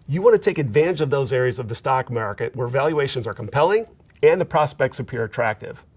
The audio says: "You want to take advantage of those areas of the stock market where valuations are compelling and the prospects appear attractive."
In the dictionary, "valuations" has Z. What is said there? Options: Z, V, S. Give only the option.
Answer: Z